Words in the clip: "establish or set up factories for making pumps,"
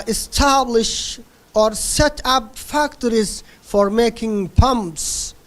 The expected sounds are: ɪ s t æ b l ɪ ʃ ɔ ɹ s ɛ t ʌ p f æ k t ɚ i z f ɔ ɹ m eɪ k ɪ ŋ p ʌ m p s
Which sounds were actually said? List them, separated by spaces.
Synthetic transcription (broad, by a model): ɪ s t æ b l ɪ ʃ ɔ ɹ s ɛ t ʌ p f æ k t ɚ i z f ɔ ɹ m eɪ k ɪ ŋ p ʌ m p s